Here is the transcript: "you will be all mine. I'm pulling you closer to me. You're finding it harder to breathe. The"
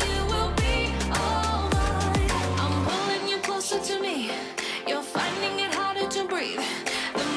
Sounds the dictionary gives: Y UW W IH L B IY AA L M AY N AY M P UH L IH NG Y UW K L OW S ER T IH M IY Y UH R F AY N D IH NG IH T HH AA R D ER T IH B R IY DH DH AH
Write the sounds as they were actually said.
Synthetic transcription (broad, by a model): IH W IH L B IY AA L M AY AY M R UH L IH NG Y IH K L OW S ER T IH M IY Y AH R F AY N D IH NG IH T HH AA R D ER T IH B R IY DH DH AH